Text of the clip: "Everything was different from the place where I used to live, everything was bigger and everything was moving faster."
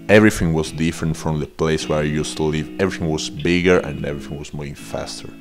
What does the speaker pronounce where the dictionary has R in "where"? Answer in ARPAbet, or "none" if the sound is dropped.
R